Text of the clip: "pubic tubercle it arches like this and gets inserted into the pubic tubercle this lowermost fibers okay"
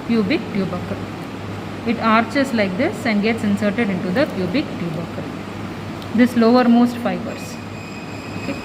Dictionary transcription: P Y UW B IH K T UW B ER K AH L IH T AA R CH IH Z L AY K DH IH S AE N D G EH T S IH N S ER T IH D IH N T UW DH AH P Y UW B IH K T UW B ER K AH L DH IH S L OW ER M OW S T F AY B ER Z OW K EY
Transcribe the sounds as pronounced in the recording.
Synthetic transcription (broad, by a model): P Y UW B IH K T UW B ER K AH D IH T AA R CH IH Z L AY K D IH S AE N D G EH T S IH N S ER T IH D IH N T UW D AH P Y UW B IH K T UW B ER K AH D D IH S L OW ER M OW S T F AY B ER S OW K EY